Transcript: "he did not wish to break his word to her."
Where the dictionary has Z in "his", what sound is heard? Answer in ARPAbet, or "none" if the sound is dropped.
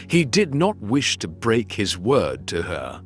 Z